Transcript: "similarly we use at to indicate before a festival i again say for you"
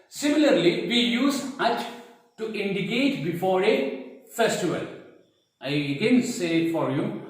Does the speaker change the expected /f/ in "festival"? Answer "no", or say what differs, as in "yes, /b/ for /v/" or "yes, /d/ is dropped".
no